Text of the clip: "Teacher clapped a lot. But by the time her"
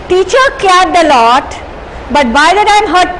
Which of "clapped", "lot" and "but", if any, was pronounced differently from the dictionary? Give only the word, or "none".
clapped